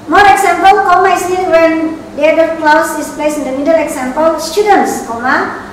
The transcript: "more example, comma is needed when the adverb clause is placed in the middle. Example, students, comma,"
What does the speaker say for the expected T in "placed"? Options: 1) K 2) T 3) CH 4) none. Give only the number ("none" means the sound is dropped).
4